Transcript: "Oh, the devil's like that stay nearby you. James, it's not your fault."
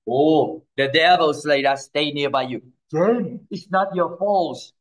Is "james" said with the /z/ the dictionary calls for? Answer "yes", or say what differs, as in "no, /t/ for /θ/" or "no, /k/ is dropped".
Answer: no, /z/ is dropped